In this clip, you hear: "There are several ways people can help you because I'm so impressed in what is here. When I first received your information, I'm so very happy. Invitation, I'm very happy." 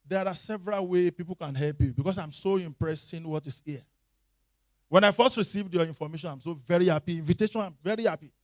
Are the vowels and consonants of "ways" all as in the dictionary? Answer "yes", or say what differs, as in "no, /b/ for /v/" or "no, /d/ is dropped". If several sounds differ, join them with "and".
no, /z/ is dropped